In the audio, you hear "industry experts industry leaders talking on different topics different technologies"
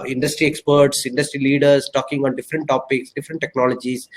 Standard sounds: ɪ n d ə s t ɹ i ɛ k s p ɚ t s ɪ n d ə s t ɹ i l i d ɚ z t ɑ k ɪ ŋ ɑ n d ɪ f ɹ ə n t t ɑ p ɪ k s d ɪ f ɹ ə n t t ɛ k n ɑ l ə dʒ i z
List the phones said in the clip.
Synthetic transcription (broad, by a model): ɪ n d ə s t ɹ i ɛ k s p ɚ t s ɪ n d ə s t ɹ i l i d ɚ s t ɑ k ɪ ŋ ɑ n d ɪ f ɹ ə n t t ɑ p ɪ k s d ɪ f ɹ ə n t t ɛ k n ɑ l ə dʒ i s